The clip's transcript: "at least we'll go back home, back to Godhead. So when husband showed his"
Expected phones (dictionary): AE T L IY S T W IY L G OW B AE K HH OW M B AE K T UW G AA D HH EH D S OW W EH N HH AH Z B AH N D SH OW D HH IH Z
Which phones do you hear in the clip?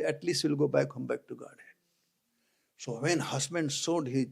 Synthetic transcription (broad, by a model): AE T L IY S T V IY L G OW B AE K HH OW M B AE K T UW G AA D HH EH S OW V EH N HH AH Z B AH N D S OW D HH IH